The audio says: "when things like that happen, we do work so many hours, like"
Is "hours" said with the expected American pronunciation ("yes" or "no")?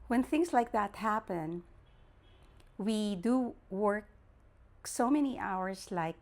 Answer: no